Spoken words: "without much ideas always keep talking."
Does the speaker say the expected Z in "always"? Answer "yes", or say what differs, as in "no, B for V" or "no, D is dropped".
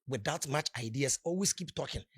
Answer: no, S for Z